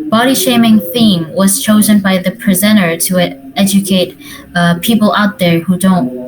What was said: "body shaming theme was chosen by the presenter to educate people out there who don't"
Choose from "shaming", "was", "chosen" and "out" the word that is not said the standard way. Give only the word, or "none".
none